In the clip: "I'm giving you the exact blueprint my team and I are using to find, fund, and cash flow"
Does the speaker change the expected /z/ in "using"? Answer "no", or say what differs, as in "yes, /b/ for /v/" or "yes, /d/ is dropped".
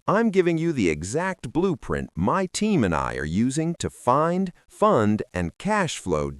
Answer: no